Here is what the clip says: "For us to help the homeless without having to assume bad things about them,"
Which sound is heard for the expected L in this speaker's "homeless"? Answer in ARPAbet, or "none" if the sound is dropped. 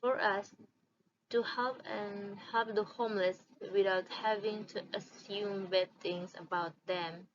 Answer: L